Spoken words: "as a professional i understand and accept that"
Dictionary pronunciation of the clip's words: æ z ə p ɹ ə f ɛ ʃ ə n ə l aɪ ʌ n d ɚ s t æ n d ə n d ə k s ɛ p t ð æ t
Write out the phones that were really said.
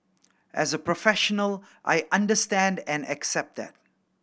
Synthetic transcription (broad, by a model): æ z ə p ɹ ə f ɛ ʃ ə n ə l aɪ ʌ n d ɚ s t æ n d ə n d ə k s ɛ p t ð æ t